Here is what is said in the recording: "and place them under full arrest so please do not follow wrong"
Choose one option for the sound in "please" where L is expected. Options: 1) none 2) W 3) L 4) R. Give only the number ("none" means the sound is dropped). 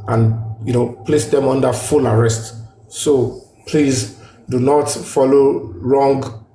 3